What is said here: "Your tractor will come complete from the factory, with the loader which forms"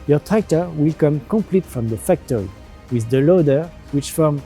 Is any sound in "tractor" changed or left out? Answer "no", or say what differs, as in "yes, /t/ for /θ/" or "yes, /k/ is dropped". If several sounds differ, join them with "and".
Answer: yes, /ɹ/ is dropped